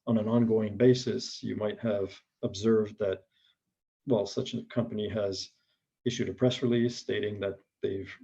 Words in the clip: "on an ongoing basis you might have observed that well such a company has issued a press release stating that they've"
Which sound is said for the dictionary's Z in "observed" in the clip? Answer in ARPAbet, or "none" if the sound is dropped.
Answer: Z